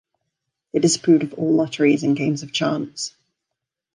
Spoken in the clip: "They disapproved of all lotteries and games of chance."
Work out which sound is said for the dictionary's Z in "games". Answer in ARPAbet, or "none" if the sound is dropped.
Z